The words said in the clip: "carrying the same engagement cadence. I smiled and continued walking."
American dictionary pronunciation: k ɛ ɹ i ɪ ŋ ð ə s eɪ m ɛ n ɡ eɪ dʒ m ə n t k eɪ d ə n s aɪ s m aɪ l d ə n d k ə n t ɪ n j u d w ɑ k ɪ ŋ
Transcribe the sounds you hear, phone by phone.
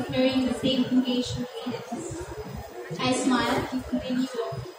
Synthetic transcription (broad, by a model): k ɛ ɹ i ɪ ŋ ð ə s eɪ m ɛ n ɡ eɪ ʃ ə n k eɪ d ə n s aɪ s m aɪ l ə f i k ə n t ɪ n j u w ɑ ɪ